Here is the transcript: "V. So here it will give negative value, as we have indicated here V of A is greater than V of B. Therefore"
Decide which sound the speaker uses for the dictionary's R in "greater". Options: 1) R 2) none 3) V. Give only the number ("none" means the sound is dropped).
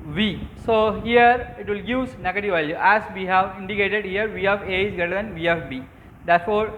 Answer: 2